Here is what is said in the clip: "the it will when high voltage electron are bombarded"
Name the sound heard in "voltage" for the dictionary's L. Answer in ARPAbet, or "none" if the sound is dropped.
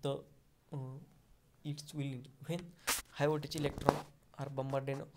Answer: none